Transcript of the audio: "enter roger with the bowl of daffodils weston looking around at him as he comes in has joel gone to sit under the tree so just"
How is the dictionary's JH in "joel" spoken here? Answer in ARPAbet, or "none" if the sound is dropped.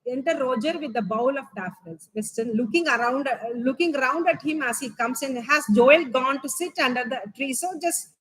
JH